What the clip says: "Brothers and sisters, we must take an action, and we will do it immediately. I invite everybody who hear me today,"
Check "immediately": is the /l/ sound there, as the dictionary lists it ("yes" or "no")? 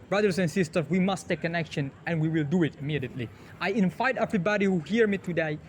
yes